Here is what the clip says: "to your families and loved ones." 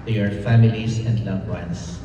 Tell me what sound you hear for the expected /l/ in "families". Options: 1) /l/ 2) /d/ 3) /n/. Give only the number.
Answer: 1